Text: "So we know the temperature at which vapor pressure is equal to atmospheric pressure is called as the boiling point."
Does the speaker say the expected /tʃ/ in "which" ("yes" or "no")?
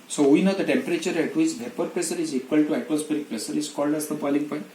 no